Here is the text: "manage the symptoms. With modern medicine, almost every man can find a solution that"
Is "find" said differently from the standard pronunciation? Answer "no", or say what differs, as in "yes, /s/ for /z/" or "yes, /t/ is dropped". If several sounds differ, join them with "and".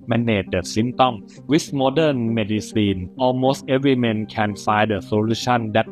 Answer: yes, /n/ is dropped